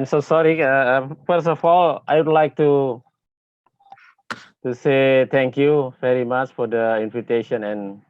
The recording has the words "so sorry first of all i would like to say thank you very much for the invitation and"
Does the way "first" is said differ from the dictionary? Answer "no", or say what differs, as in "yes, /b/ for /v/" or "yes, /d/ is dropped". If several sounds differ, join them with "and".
yes, /t/ is dropped